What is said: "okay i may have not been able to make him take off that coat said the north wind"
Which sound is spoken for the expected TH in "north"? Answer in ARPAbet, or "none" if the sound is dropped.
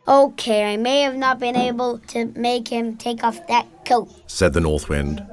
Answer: TH